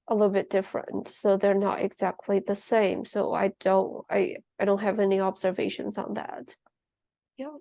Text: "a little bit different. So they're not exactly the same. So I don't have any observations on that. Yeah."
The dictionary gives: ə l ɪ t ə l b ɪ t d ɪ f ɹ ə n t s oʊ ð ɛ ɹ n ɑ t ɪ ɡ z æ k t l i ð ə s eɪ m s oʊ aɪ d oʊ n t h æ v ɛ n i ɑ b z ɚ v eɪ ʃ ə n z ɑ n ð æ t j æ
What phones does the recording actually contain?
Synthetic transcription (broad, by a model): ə l ɪ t l b ɪ t d ɪ f ɹ ə n t s oʊ ð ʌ ɹ n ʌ t ɪ ɡ z æ k t l i ð ə s eɪ m s oʊ aɪ d oʊ n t h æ v ɛ n i ɑ b z ɚ v eɪ ʃ ə n z n ð æ t j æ